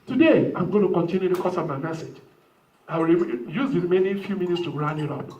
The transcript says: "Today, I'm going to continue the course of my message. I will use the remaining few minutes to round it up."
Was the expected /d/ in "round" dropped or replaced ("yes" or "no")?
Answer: yes